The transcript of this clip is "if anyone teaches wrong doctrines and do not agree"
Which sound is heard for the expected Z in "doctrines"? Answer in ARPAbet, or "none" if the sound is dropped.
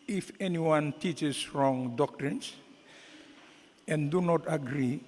S